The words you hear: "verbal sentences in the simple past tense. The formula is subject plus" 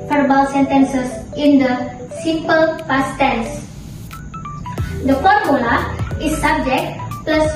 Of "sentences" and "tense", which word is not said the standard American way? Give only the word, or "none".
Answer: sentences